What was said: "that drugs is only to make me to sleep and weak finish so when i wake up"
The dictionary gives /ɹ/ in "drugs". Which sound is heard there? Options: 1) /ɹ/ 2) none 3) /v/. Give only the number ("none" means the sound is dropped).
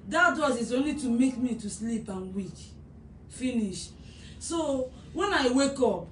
2